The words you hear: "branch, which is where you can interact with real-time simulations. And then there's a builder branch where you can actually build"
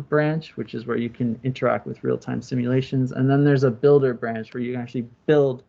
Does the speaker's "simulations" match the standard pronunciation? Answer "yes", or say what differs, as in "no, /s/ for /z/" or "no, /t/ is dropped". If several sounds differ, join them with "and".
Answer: yes